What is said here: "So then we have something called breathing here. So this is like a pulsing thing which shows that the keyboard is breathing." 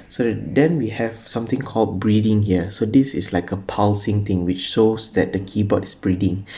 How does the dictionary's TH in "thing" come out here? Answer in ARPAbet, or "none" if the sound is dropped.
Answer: T